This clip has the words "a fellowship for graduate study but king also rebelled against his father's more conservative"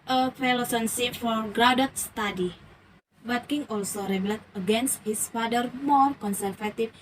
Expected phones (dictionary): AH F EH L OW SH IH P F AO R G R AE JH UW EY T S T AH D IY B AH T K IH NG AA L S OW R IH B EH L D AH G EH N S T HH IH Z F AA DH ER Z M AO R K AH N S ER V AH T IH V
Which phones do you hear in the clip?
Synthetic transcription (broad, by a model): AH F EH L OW S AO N F AO R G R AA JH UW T S T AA D IY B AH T K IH NG AA L S OW R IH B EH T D AH G EH N S T HH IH S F AA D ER M AO R K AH N S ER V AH T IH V